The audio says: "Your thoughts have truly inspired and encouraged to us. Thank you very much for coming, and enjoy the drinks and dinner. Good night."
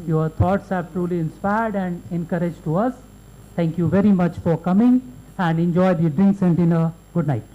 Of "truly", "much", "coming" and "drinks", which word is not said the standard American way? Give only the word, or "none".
none